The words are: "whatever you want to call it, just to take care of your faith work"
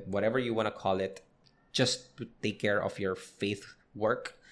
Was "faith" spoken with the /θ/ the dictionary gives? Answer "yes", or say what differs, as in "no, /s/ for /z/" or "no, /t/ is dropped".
yes